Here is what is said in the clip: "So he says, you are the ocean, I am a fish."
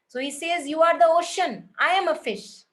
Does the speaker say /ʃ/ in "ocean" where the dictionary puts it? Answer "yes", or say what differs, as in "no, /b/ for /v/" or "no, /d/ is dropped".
yes